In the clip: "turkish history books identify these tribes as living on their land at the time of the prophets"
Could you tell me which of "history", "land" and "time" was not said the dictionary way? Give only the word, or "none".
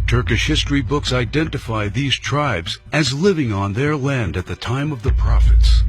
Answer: none